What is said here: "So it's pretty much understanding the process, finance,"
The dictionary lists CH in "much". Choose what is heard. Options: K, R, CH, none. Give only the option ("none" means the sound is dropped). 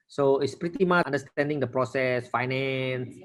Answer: none